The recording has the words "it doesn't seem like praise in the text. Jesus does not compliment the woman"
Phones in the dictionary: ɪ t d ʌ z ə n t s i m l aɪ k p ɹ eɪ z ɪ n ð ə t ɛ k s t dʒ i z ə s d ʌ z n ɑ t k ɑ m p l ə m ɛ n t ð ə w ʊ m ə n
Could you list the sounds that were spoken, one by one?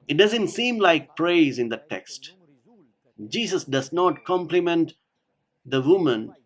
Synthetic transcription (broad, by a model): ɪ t d ʌ z ə n t s i m l aɪ k p ɹ eɪ z ɪ n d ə t ɛ k s t dʒ i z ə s d ʌ z n ɑ t k ɑ m p l ə m ɛ n t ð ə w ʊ m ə n